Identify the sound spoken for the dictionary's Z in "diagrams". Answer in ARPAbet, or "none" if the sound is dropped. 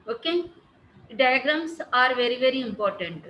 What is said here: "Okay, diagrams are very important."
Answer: S